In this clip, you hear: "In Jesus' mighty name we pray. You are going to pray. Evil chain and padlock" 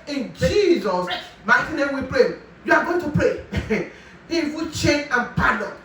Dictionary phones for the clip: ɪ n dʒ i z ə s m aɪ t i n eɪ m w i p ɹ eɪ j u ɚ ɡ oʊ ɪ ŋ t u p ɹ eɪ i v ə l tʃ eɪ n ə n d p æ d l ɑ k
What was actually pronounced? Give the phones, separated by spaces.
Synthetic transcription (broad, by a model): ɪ n dʒ i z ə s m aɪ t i n eɪ m w i p ɹ eɪ j u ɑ ɡ oʊ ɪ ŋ t u p ɹ eɪ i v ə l tʃ eɪ n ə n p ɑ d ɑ